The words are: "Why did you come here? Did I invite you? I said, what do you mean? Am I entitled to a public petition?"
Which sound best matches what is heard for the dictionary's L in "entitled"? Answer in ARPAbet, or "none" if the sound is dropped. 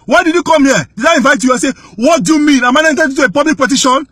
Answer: none